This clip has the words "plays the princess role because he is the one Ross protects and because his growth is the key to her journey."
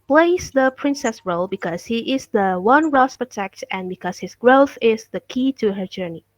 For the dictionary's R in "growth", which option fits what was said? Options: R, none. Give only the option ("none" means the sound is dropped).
R